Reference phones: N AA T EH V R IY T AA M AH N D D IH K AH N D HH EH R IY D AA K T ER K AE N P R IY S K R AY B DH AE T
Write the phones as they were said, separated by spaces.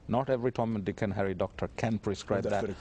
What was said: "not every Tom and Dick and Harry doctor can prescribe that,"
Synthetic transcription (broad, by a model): N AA T EH V R IY T AA M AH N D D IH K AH N HH EH R IY D AA K T ER K AE N P R IY S K R AY B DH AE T